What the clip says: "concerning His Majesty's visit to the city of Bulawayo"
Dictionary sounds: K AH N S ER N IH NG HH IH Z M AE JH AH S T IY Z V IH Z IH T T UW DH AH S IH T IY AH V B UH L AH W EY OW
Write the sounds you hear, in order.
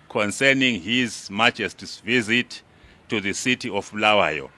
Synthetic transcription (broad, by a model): K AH N S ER N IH NG HH IH Z M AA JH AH S T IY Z V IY Z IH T T UW DH AH S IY T IY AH F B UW L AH W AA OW